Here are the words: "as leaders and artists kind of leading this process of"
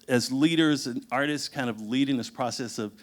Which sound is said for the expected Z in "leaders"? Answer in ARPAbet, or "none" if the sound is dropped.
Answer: Z